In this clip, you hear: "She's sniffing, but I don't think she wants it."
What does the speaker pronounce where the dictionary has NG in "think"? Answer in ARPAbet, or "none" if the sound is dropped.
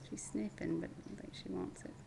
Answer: none